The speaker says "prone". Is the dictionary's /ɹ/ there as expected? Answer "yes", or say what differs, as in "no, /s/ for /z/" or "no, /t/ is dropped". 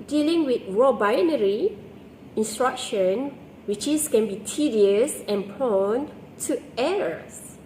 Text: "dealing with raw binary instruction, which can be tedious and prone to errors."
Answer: no, /ɹ/ is dropped